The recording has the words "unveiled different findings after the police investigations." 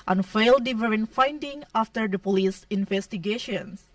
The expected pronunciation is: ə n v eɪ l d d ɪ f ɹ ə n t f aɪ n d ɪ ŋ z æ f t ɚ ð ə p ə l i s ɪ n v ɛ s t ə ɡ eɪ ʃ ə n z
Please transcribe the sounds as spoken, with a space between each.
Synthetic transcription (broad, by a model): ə n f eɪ l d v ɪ ɹ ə n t f aɪ n d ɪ ŋ ɑ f t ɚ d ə p ə l i s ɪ n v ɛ s t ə ɡ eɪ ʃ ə n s